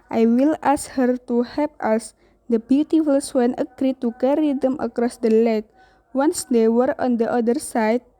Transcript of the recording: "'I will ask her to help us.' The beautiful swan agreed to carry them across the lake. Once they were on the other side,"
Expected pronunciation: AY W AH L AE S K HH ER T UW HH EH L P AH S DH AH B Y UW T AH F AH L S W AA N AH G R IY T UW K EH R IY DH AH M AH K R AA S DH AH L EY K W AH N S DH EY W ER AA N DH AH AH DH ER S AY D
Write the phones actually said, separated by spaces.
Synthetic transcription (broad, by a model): AY W AH L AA S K HH ER T UW HH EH P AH S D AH B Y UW T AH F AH L S W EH N AH G R IY T UW K EH R IY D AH M AH K R AA S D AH L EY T W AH N S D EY W ER AA N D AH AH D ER S AY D